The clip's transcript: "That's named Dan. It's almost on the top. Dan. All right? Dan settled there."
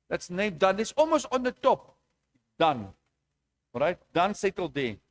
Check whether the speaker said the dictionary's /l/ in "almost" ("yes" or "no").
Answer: yes